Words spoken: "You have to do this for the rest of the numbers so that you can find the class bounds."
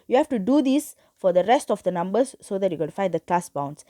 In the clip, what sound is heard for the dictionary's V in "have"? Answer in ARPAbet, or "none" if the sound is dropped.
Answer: F